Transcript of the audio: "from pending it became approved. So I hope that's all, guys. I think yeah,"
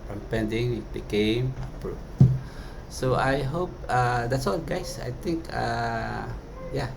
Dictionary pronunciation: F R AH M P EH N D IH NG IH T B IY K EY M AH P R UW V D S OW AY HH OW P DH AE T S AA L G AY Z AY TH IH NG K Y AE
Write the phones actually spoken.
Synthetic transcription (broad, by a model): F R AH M P EH N D IH NG IH T B IY K EY M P R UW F S OW AY HH OW P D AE T S AA L G AY S AY T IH NG K Y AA